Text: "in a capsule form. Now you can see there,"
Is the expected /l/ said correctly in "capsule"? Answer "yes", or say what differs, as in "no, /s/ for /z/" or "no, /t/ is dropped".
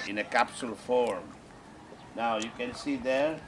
yes